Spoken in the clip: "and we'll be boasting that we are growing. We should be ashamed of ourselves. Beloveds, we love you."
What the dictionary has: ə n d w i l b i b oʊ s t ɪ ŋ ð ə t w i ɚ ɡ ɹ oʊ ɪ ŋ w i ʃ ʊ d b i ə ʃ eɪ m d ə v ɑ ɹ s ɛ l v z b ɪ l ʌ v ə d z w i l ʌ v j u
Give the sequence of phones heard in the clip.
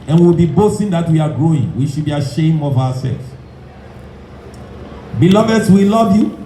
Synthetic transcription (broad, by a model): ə n w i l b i b oʊ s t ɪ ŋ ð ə t w i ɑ ɡ ɹ oʊ ɪ ŋ w i ʃ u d b i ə ʃ eɪ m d ə v ɑ w s ɛ l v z b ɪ l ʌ v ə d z w i l ʌ v j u